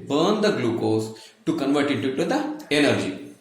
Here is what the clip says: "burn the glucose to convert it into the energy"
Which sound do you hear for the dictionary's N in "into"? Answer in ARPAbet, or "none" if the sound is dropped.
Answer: none